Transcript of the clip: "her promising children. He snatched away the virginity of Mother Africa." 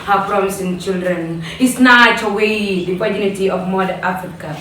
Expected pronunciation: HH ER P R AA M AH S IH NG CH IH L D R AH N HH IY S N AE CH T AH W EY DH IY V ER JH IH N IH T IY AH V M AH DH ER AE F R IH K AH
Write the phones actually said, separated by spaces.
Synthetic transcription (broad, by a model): HH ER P R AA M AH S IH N CH IH L D R AH N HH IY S N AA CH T AH W EY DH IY P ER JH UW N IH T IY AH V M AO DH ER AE F R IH K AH